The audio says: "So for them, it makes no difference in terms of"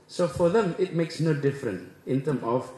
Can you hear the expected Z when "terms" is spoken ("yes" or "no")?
no